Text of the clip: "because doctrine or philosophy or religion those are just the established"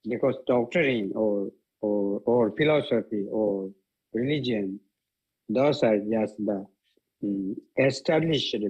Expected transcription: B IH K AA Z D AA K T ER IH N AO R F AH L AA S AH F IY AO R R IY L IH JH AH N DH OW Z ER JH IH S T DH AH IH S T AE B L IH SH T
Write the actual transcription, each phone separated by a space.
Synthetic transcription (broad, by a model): B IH K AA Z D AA K T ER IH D AO R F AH L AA S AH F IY AO R R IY L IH JH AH N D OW S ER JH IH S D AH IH S T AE B L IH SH